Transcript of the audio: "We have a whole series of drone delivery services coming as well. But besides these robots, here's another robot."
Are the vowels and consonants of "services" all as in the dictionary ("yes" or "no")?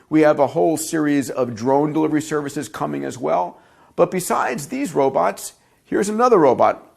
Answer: yes